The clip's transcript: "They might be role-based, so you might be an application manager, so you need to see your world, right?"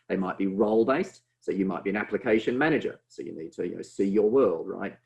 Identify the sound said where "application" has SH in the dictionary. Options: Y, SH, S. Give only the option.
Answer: SH